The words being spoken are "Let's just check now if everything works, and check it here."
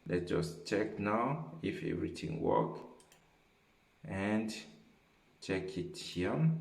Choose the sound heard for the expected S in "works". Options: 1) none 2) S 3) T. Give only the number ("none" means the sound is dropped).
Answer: 1